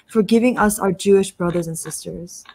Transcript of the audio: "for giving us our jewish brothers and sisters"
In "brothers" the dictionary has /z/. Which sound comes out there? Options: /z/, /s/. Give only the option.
/z/